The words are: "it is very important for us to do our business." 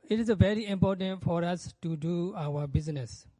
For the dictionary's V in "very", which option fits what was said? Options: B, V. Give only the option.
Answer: V